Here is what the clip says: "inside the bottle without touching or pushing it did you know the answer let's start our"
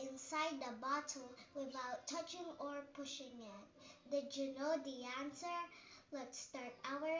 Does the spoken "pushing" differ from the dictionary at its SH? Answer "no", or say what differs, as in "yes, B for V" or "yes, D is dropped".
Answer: no